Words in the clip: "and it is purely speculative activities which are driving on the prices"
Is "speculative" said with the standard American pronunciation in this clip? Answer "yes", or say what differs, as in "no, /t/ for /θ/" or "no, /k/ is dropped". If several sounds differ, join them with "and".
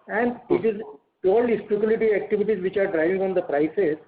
no, /v/ is dropped